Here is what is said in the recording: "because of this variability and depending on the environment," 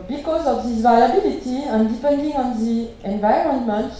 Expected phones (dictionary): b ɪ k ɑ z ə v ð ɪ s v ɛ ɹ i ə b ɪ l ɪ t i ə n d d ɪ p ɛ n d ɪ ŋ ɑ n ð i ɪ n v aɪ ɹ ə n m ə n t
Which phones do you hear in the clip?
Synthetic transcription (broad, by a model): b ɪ k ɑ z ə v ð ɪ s v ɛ l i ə b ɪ l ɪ t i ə n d d ɪ p ɛ n d ɪ ŋ ɑ n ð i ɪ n v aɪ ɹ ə n m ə n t